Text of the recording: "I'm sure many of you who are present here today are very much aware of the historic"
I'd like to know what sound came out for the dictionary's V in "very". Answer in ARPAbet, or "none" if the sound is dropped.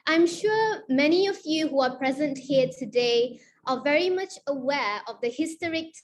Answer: V